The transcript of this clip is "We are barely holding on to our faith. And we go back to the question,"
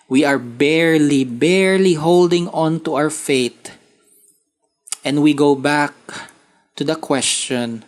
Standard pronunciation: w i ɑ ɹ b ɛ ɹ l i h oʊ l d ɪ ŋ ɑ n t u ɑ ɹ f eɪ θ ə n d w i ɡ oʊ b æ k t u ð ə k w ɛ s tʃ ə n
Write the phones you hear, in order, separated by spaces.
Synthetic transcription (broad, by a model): w i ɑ ɹ b ɛ ɹ l i h oʊ l d ɪ ŋ ɑ n t u ɑ w f eɪ t ə n d w i ɡ oʊ b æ k t u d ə k w ɛ s tʃ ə n